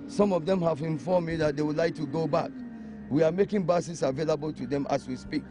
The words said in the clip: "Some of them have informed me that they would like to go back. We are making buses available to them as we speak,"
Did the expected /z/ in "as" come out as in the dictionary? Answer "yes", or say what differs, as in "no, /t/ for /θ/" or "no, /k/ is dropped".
no, /s/ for /z/